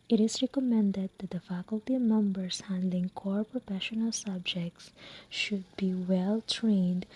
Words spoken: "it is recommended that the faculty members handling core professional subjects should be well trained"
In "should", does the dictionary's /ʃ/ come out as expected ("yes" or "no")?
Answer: yes